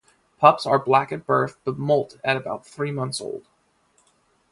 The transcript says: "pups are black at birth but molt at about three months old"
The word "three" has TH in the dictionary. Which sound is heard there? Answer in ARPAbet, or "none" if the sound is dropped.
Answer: TH